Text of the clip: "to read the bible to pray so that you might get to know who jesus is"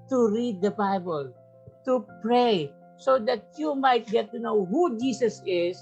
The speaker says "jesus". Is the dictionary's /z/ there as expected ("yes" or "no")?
no